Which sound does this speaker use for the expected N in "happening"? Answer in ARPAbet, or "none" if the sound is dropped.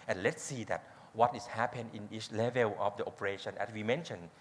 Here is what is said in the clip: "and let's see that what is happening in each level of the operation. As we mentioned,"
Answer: none